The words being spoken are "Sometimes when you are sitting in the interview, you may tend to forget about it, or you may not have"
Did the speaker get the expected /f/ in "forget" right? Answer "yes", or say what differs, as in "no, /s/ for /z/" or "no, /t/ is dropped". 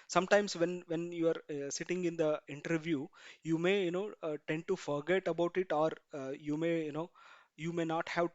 yes